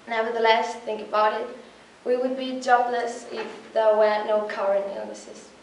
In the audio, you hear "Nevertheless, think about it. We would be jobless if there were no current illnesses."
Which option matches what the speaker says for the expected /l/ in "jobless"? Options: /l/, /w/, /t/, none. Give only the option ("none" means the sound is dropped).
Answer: /l/